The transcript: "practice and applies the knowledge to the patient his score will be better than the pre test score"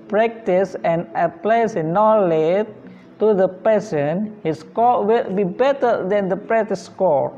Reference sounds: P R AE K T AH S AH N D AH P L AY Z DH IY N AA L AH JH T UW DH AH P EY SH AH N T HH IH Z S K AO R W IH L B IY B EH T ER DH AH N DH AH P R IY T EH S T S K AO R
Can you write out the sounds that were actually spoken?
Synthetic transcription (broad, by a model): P R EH K T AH S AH N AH P L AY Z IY N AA L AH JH T UW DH AH P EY S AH N HH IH S K AO W IH L B IY B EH T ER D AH N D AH P R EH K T S K AO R